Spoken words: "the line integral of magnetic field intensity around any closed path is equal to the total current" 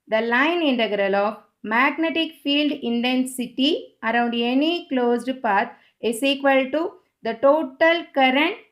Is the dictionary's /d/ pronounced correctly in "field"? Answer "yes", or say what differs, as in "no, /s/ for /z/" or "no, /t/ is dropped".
yes